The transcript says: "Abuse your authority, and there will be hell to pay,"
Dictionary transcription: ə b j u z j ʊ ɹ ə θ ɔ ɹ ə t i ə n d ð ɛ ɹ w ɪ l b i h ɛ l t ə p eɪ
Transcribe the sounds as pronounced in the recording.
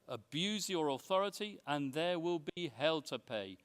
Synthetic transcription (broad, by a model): ə b j u z j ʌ ɹ ə θ ɔ ɹ ə t i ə n ð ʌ w ɪ l b i h ɛ l t ə p eɪ